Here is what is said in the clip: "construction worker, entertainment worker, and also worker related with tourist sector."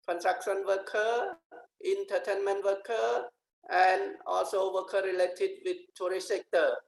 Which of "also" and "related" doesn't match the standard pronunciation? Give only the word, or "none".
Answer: none